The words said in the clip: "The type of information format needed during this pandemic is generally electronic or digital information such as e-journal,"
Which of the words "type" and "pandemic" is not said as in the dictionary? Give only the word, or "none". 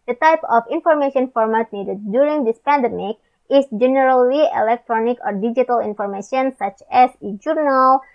none